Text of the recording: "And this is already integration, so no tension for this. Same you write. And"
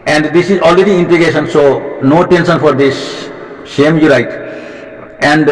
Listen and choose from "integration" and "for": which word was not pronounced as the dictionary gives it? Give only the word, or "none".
integration